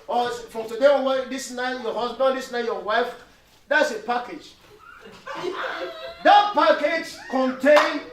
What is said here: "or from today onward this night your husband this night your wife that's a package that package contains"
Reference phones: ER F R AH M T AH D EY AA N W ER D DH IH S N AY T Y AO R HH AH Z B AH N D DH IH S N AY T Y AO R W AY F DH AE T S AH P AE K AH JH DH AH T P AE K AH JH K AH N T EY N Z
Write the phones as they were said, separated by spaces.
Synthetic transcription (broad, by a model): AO F R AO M T AH D EY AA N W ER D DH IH S N AY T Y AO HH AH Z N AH D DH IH S N AY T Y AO W AY F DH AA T S AH P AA K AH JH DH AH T P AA K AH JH K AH N T EY N